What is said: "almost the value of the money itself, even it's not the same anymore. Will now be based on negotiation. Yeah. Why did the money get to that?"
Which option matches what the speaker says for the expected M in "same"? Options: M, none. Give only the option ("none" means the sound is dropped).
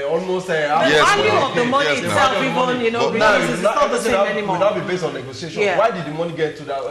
none